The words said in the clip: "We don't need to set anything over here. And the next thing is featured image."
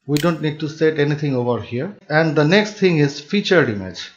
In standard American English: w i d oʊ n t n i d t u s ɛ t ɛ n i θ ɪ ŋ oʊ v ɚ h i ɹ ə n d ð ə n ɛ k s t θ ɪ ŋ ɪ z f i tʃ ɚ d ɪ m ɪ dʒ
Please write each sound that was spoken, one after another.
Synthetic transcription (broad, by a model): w i d oʊ n t n i d t u s ɛ t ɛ n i t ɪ ŋ oʊ v ɚ h i ɹ ə n d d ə n ɛ k s t t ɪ ŋ ɪ z f i tʃ ɚ d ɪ m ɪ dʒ